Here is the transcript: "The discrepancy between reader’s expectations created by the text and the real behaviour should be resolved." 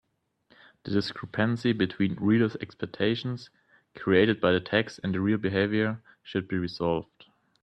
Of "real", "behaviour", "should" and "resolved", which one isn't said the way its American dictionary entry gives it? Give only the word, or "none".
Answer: none